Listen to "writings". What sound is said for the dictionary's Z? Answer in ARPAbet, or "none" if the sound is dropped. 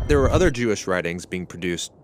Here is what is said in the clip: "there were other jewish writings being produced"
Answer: Z